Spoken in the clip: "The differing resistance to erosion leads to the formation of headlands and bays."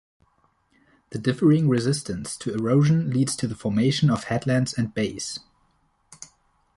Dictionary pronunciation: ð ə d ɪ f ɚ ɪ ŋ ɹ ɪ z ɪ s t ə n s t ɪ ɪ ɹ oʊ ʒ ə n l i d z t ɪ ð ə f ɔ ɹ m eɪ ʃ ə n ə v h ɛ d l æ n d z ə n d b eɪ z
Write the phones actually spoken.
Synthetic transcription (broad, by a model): ð ə d ɪ f ɚ ɪ ŋ ɹ ɪ z ɪ s t ə n s t ɪ ɪ ɹ oʊ ʒ ə n l i d z t ɪ ð ə f ɔ ɹ m eɪ ʃ ə n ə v h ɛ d l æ n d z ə n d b eɪ s